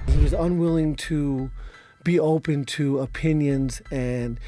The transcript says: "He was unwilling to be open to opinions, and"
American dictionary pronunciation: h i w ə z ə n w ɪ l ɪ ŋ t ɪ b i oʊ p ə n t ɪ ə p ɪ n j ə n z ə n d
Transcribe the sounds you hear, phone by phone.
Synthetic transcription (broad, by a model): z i w ə z ə n w ɪ l ɪ ŋ t ɪ b i oʊ p ə n t ɪ ə p ɪ n j ə n z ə n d